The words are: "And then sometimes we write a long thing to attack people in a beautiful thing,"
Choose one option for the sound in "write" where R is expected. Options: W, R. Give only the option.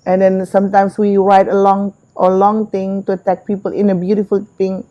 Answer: W